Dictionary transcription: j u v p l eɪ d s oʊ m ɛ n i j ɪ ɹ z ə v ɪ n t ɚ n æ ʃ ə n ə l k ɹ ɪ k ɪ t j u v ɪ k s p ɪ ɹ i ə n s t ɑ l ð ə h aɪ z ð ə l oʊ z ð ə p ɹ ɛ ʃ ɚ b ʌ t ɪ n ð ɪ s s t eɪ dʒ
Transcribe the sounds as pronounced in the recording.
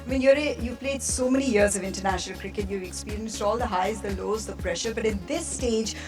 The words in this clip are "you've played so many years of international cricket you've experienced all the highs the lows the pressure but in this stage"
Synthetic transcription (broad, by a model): j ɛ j p l eɪ d s oʊ m ɛ n i j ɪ ɹ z ə v ɪ n t ɚ n æ ʃ ə n ə l k ɹ ɪ k ɪ t j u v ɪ k s p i ɹ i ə n s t ɑ l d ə h aɪ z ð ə l oʊ z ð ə p ɹ ɛ ʃ ɚ b ʌ t ɪ n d ɪ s s t eɪ dʒ